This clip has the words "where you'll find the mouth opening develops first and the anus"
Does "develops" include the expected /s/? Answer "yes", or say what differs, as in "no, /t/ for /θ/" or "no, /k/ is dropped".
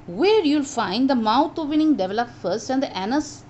no, /s/ is dropped